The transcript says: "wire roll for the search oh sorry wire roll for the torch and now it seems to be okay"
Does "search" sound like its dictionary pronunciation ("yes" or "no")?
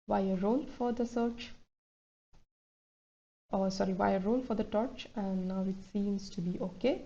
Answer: yes